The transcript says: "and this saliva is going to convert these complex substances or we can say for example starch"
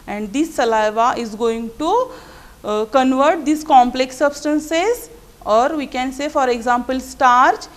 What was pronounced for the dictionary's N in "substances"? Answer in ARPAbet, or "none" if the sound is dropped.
N